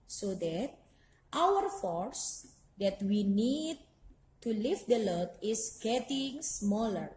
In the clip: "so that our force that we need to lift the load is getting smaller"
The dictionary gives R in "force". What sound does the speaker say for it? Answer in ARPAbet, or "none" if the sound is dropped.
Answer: R